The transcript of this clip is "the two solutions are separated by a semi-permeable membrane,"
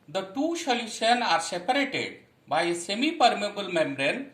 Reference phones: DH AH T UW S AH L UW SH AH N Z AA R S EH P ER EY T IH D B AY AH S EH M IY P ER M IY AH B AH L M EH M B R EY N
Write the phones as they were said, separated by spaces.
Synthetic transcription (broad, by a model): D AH T UW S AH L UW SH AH N AA R S EH P ER EY T IH D B AY S EH M IY P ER M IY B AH L M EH M B R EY N